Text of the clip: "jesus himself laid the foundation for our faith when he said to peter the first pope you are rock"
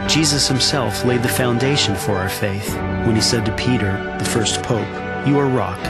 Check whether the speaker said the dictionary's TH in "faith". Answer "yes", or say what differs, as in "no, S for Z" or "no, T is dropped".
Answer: yes